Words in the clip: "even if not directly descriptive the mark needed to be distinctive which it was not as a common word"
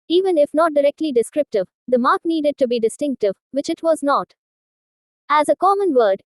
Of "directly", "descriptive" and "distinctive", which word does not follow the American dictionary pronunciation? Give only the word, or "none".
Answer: none